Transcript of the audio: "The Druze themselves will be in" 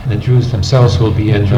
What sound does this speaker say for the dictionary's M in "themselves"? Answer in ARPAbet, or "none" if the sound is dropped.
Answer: M